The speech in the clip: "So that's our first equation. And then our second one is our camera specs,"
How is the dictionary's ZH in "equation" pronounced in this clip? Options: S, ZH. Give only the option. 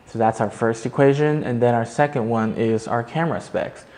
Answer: ZH